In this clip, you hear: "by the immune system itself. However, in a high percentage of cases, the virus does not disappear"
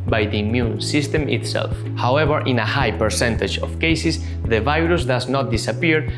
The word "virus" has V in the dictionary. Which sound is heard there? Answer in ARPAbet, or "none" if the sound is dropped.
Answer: V